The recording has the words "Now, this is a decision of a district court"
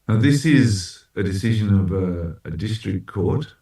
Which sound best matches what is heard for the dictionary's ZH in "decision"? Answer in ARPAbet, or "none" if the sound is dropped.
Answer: ZH